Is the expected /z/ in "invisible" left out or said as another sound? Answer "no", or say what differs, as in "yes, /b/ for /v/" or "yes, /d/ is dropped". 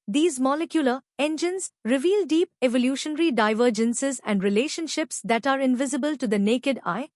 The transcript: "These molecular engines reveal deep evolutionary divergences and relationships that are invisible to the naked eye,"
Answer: no